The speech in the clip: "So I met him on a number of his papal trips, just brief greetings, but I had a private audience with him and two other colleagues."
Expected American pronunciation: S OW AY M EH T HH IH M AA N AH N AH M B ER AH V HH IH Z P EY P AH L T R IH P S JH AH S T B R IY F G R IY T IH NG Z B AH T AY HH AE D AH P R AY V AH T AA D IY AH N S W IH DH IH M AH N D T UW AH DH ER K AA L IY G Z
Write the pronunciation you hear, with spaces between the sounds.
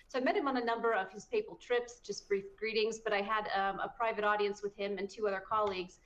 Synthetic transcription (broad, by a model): S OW AY M EH T HH IH M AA N AH N AH M B ER AH V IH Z P EY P L T R IH P S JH AH S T B R IY F G R IY T IH NG Z B AH T AY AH D AH P R AY V AH T AA D IY AH N S W IH DH IH M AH N T UW AH DH ER K AA L IY G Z